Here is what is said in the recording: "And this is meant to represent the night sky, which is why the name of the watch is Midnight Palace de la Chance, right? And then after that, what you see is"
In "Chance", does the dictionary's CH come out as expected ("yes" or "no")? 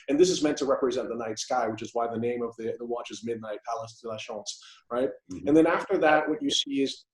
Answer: no